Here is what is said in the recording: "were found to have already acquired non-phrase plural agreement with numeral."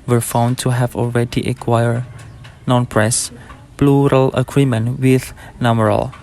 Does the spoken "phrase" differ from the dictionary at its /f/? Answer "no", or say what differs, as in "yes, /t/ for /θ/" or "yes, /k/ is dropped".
yes, /p/ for /f/